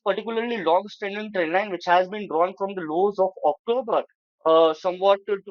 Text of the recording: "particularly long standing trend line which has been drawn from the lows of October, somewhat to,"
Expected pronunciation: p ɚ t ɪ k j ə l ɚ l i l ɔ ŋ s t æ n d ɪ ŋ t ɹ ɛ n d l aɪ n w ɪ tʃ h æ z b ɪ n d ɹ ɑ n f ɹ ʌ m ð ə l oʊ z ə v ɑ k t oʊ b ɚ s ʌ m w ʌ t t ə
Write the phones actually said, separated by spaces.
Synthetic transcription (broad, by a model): p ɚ t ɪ k j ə l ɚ l i l ɔ ŋ s t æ n d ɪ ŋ t ɹ ɛ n l aɪ n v ɪ tʃ h æ z b ɪ n d ɹ ɑ n f ɹ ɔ m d ə l oʊ z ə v ɑ k t oʊ b ɚ s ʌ m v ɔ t t